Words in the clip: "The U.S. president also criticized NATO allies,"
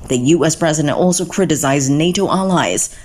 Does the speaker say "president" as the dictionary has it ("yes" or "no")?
yes